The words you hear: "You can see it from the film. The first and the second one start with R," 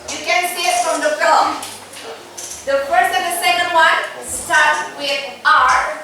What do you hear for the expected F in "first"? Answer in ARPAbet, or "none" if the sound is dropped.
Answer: P